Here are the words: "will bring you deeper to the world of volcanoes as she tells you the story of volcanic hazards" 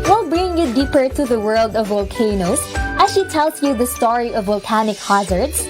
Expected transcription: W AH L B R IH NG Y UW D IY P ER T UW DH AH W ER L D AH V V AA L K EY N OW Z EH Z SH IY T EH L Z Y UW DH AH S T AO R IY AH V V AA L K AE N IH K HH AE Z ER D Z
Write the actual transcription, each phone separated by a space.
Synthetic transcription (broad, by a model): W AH L B R IH NG Y UW D IY P ER T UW DH AH W ER L D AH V V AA L K EY N OW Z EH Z SH IY T EH L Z Y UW DH AH S T AO R IY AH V V AA L K AE N IH K HH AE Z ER D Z